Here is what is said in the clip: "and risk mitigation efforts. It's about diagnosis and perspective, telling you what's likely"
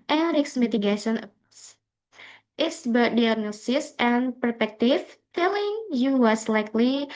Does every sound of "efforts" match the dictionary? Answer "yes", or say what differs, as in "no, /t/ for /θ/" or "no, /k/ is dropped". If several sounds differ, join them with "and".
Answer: no, /s/ is dropped